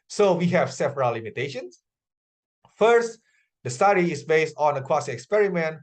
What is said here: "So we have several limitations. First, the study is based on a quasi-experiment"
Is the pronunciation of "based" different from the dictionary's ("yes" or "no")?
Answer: no